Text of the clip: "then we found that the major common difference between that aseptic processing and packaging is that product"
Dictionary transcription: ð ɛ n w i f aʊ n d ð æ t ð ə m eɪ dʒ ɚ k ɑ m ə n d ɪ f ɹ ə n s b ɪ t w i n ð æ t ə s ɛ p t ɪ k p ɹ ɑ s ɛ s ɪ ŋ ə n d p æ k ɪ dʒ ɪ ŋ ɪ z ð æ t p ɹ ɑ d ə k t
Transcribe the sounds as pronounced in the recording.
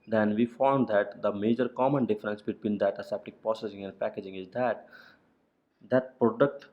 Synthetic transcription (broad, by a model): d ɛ n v i f aʊ n d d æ t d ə m eɪ dʒ ɚ k ɑ m ə n d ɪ f ɹ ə n s b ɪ t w i n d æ t ə s ɛ p t ɪ k p ɑ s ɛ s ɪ ŋ ə n d p æ k ɪ dʒ ɪ ŋ ɪ z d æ t p ɹ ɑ d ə k t